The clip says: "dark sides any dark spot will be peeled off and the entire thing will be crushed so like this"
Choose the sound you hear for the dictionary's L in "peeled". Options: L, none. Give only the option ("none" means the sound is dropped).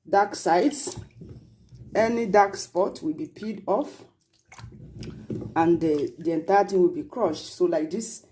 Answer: none